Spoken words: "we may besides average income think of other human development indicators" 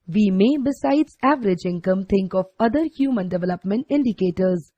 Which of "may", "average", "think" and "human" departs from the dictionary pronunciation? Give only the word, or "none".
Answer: think